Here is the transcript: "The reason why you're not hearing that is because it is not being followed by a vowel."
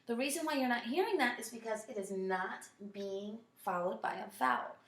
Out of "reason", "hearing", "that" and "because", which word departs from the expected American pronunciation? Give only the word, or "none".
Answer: none